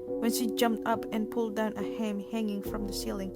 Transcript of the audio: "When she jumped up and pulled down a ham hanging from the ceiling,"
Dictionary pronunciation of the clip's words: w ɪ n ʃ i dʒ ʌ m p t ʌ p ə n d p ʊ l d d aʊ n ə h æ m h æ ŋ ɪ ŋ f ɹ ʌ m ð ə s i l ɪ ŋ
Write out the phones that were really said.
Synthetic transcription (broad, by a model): w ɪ n ʃ i dʒ ʌ m p t ʌ p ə n p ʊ l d d aʊ n ə h æ m h æ ŋ ɪ ŋ f ɹ ʌ m ð ə s i l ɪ ŋ